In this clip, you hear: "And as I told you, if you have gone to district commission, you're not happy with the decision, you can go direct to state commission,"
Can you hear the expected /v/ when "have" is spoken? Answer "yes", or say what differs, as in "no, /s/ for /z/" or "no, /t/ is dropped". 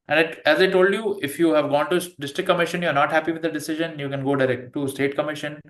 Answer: yes